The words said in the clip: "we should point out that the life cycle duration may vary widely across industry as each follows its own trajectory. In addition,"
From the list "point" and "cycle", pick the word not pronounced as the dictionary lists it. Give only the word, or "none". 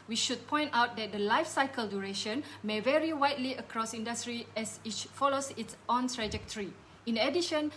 none